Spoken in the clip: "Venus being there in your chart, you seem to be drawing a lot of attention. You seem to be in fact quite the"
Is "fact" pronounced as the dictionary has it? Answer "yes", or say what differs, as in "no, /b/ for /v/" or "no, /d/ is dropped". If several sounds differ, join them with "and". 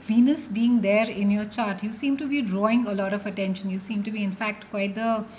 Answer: yes